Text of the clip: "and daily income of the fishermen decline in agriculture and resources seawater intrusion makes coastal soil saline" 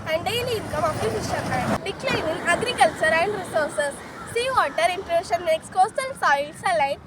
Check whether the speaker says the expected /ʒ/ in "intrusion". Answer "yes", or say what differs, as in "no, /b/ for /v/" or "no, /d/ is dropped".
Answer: no, /ʃ/ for /ʒ/